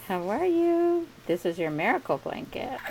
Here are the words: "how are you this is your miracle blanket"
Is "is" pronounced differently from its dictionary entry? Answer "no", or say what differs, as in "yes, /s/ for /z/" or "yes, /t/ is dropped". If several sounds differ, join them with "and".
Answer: no